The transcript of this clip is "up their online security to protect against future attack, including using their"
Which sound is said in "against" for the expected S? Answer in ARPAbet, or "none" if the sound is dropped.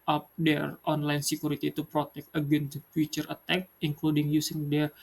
none